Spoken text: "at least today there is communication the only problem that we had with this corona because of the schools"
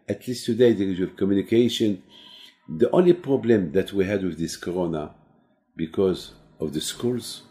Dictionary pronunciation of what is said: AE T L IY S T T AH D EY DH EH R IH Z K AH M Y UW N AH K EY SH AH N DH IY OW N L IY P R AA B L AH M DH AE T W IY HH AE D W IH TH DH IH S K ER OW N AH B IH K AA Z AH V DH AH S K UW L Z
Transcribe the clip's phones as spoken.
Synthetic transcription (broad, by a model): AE T L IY S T T AH D EY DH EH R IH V K AH M Y UW N AH K EY SH AH N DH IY OW N L IY P R AA B L AH M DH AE T W IY HH AE D W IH DH IH S K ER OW N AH B IH K AA Z AH V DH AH S K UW L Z